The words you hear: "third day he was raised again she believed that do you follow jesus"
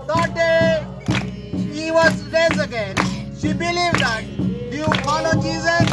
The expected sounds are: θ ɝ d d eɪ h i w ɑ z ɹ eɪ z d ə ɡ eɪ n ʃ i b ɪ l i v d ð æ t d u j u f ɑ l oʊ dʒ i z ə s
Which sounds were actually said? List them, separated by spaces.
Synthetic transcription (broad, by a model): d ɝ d d eɪ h i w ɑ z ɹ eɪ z ə ɡ eɪ n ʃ i b ɪ l i v d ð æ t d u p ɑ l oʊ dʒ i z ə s